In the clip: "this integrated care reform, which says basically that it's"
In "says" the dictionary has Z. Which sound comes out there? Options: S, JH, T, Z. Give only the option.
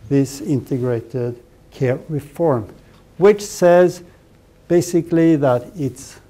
Z